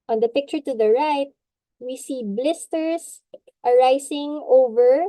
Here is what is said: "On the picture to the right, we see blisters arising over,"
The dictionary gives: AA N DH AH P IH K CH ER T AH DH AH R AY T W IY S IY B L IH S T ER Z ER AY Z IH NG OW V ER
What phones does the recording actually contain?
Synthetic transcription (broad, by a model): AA N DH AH P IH K CH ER T AH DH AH R AY T W IY S IY B L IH S T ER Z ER AY S IH NG OW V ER